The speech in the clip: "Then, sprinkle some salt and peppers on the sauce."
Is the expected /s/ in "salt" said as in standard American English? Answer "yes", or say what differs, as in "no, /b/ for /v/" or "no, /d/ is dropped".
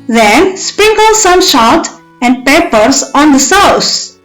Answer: no, /ʃ/ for /s/